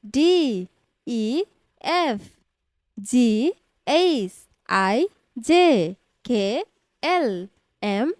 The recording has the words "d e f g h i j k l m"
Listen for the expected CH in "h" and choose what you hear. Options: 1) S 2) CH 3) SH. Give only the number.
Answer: 1